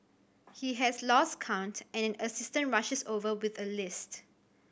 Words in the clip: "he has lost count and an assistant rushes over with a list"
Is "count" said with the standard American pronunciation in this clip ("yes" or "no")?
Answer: yes